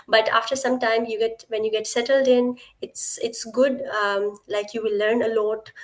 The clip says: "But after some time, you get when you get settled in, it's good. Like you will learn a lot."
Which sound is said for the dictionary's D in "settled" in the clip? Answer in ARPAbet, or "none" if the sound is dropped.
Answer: D